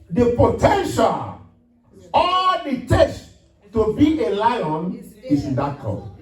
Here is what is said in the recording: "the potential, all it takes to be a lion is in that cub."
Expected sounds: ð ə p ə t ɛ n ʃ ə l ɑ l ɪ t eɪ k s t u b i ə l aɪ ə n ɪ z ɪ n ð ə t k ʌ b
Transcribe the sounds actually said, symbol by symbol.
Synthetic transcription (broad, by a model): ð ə p ə t ɛ n ʃ ə l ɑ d ɪ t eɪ s t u b i ə l aɪ ə n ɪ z ɪ n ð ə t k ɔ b